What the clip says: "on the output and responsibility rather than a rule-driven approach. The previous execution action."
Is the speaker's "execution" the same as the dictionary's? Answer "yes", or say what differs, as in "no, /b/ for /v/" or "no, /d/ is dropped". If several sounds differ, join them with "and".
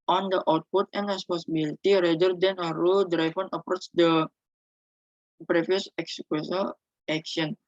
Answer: no, /s/ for /ʃ/ and /l/ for /n/